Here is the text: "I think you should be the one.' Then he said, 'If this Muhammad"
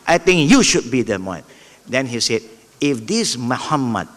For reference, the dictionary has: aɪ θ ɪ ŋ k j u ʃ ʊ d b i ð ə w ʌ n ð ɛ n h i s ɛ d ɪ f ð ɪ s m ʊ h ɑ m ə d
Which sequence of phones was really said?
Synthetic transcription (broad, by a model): aɪ t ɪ ŋ k j u ʃ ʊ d b i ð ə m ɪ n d ɛ n h i s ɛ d ɪ f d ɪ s m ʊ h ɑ m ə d